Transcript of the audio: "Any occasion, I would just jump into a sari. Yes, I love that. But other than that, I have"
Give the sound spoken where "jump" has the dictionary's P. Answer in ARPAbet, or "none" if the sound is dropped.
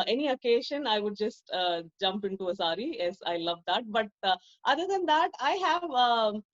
P